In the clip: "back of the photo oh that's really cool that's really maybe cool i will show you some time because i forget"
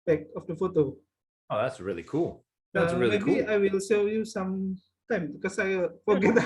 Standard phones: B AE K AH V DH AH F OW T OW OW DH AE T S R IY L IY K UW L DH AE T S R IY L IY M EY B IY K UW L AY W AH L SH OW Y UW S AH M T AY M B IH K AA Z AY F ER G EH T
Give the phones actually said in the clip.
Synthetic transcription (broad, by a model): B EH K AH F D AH F OW T OW OW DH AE T S R IY L IY K UW L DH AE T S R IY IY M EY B IY AY W AH L S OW Y UW S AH M T AY M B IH K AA S AY F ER G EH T